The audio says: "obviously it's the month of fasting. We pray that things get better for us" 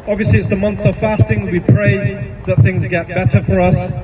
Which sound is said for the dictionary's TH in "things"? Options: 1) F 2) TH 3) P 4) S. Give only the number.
2